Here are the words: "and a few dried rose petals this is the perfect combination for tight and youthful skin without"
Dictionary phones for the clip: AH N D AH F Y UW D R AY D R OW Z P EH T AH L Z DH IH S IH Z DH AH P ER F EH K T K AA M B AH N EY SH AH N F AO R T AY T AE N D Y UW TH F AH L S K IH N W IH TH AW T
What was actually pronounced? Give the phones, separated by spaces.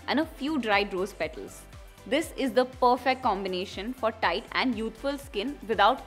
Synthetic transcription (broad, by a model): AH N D AH F Y UW D R AY D R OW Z P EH T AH L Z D IH S IH Z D AH P ER F EH K T K AA M B AH N EY SH AH N F AO R T AY T AE N D Y UW T F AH L S K IH N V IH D AW T